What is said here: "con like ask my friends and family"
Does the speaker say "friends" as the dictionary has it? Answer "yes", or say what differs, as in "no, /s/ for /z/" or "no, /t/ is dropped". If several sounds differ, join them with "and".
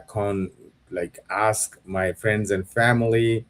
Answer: yes